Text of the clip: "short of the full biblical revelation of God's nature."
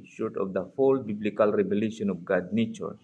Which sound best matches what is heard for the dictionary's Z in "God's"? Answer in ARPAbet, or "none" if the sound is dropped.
none